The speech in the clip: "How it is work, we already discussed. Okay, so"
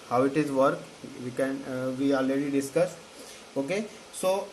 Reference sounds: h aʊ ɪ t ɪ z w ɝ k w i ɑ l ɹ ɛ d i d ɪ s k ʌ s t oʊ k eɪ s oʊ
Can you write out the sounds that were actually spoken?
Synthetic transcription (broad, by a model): h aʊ ɪ t ɪ z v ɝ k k i ɑ l ɹ ɛ d i d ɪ s k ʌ s oʊ k eɪ s oʊ